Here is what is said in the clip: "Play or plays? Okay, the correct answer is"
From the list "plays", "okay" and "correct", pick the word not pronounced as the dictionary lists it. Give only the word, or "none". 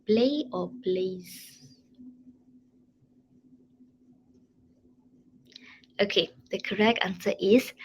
plays